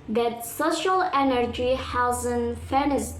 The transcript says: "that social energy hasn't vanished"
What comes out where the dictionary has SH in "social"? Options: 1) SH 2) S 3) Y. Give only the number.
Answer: 1